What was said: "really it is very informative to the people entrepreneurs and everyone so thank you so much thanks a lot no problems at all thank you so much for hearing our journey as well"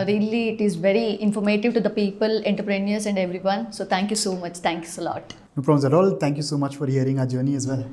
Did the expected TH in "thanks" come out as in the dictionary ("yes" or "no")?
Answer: no